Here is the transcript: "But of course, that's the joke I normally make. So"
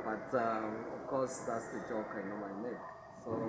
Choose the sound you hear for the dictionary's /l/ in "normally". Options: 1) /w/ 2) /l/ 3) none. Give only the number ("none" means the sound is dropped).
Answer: 3